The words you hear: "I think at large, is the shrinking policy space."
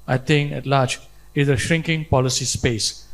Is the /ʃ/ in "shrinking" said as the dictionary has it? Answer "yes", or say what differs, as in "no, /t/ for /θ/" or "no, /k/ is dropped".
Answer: yes